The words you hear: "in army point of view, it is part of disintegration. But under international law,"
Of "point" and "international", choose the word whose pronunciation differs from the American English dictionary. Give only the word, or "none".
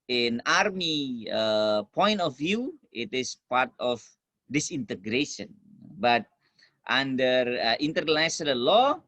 international